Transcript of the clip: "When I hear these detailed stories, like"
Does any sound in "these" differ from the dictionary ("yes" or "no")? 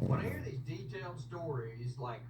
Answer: no